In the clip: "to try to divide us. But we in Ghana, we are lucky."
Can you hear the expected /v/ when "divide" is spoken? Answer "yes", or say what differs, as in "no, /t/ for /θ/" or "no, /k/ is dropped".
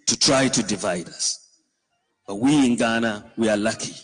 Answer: yes